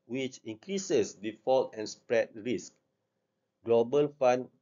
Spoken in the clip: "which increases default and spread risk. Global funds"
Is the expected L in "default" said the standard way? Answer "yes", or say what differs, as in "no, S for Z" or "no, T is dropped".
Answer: yes